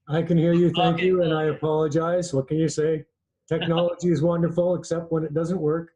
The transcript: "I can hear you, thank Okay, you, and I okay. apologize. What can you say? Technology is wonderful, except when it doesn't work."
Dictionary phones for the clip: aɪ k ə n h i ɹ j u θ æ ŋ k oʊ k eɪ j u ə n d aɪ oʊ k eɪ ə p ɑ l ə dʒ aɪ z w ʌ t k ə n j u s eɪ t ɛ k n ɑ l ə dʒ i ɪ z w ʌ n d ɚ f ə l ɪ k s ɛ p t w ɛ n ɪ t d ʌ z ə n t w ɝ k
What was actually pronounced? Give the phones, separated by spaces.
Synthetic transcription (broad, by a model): aɪ k ə n h i ɹ j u θ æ ŋ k k j u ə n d aɪ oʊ ə p ɑ l ə dʒ aɪ z w ʌ t k ə n j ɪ s eɪ t ɛ k n ɑ l ə dʒ i ɪ z w ʌ n d ɚ f l ɪ k s ɛ p t w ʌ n ɪ t d ʌ z ə n t w ɝ k